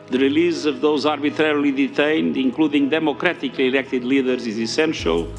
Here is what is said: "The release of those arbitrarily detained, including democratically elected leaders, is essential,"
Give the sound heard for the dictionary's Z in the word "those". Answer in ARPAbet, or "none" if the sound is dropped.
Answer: Z